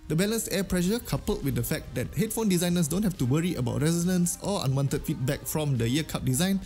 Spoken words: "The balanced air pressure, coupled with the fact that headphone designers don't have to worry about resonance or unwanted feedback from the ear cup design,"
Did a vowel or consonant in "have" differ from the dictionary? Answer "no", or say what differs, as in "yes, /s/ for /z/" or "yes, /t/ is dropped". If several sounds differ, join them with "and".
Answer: yes, /f/ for /v/